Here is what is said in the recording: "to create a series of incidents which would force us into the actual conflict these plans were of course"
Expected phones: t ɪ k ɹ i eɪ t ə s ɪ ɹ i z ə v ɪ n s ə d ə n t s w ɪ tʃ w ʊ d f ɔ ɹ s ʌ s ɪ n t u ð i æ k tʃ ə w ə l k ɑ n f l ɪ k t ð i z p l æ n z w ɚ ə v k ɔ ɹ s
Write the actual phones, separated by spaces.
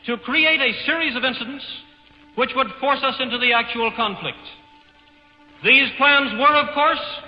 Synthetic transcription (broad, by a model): t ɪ k ɹ i eɪ t ə s ɪ ɹ i z ə v ɪ n s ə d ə n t s w ɪ tʃ w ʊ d f ɔ ɹ s ʌ s ɪ n t u ð i æ k tʃ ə w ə l k ɑ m f l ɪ k t ð i z p l æ n z w ɚ ə v k ɔ ɹ s